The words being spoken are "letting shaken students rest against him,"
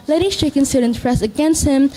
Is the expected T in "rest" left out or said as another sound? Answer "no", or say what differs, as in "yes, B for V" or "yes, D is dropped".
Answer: yes, T is dropped